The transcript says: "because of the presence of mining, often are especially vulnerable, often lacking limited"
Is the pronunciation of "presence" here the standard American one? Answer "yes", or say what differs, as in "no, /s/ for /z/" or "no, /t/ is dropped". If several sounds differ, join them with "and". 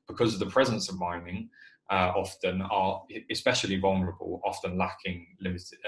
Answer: yes